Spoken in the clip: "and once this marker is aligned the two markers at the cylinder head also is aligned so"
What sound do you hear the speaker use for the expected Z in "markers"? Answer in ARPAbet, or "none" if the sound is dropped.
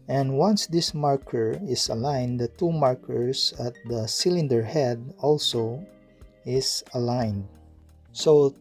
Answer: S